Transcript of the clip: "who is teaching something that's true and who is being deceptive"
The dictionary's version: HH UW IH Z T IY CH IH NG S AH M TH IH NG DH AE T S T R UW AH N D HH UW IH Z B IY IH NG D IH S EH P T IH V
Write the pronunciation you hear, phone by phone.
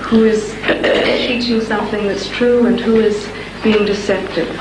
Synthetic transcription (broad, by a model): HH UW IH Z T IY CH IH NG S AH M TH IH NG DH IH T S T R UW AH N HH UW IH Z B IY IH NG D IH S EH P T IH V